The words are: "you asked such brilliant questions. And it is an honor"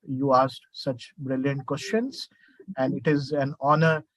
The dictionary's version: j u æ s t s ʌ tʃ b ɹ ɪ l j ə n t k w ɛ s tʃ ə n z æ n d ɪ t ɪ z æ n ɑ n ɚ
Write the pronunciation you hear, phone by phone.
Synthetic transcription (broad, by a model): j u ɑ s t s ʌ tʃ b ɹ ɪ l j ə n t k w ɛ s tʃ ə n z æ n d ɪ t ɪ z æ n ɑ n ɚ